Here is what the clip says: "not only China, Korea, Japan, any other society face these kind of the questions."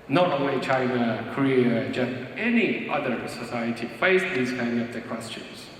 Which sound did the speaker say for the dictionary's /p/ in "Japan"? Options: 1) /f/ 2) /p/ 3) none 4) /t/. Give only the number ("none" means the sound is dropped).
3